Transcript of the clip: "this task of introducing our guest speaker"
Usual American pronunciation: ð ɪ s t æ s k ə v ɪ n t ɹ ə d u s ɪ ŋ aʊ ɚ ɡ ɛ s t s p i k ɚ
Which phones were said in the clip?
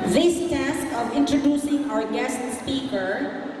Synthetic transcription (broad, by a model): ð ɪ s t æ s k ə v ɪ n t ɹ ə d u s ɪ ŋ aʊ ɚ ɡ ɛ s t s p i k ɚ